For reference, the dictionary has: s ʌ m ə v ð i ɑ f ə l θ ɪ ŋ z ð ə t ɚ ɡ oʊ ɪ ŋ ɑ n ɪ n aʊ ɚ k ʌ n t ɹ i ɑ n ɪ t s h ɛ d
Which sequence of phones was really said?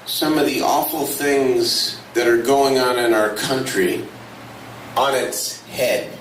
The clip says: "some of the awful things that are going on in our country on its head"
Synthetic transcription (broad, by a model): s ʌ m ə v ð i ɑ f l θ ɪ ŋ z ð ə t ɚ ɡ oʊ ɪ ŋ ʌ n ɪ n aʊ ɚ k ʌ n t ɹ i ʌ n ɪ t s h ɛ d